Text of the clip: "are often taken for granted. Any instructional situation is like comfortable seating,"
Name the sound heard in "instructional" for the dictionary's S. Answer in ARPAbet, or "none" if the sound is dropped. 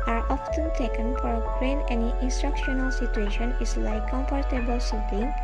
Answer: S